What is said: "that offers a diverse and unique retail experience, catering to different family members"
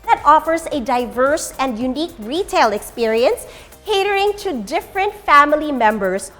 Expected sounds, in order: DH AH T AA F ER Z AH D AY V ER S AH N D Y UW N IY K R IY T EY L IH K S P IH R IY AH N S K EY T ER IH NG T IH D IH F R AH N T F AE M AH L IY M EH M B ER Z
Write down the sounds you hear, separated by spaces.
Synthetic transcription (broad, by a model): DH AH T AA F ER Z AH D AY V ER S AH N D Y UW N IY K R IY T EY L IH K S P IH R IY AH N S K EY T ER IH NG T IH D IH F R AH N T F AE M AH L IY M EH M B ER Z